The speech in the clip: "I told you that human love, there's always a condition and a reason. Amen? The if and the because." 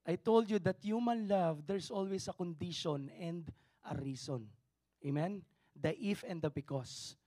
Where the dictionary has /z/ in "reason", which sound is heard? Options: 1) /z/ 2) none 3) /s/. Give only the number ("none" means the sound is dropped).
3